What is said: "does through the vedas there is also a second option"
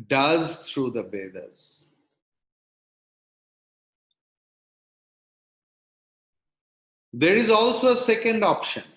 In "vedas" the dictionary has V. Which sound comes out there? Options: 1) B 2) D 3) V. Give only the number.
1